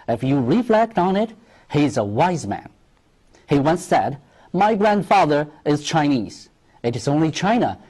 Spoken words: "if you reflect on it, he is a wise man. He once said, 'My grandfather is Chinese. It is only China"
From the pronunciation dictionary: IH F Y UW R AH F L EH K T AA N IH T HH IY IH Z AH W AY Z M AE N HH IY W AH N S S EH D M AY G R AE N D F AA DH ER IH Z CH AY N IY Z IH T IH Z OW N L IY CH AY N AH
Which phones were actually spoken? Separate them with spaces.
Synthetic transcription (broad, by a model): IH F Y UW R AH F L EH K T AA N IH T HH IY IH Z AH W AY Z M AE N HH IY W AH N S S EH D M AY G R AE N D F AA DH ER IH Z CH AY N IY Z IH T IH Z OW N L IY CH AY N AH